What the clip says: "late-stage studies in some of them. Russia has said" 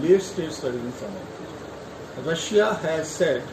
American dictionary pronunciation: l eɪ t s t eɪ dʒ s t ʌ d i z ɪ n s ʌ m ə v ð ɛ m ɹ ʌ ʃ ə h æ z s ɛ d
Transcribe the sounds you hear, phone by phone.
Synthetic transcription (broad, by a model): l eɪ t s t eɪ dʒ s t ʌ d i ɪ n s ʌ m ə ɹ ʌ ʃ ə h æ z s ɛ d